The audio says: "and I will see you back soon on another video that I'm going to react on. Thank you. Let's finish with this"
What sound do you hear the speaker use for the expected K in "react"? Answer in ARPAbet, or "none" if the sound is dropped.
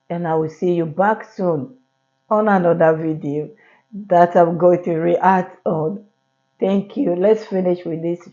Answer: none